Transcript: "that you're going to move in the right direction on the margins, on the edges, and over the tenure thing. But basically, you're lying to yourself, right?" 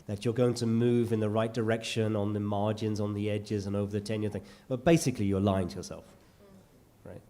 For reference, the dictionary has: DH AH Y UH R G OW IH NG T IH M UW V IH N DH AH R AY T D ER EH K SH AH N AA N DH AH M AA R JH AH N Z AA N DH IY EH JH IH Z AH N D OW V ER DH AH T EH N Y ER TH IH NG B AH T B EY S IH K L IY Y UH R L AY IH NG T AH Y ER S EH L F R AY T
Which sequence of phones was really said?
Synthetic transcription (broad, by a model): DH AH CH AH R G OW IH NG T IH M UW V IH N DH AH R AY T D ER EH K SH AH N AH N DH AH M AA R JH AH N Z N DH IY EH JH IH Z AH N OW V ER DH AH T EH N Y ER TH IH NG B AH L B EY S IH K L IY Y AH R L AY IH NG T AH Y ER S EH L F R AY T